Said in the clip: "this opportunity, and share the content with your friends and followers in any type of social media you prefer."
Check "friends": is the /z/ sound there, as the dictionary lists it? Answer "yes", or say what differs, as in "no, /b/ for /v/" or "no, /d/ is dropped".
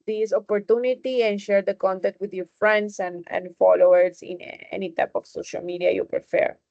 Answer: no, /s/ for /z/